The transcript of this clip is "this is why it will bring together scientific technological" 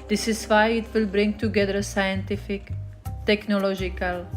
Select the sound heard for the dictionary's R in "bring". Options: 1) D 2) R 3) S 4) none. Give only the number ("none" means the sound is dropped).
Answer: 2